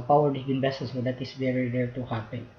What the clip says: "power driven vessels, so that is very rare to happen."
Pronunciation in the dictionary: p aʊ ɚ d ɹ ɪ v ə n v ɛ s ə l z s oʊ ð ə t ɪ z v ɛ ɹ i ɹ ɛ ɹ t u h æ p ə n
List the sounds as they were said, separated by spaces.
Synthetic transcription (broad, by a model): p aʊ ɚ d ɪ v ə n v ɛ s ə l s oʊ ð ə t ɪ s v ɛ ɹ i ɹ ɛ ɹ t u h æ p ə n